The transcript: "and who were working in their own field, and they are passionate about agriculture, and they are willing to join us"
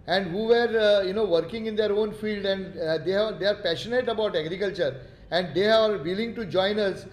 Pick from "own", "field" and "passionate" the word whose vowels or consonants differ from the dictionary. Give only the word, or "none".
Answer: none